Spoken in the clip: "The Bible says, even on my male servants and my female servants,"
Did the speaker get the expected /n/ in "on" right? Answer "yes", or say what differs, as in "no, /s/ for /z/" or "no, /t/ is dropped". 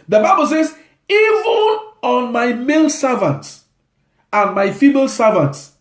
yes